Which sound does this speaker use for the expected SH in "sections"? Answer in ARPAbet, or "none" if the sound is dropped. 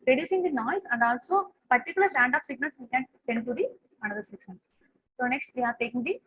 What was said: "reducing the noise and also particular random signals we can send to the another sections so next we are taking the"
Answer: S